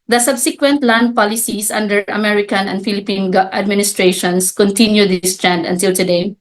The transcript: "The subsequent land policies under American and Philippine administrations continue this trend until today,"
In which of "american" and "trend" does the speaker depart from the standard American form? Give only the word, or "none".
none